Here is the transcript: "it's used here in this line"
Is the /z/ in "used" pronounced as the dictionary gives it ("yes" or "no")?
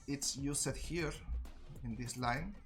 no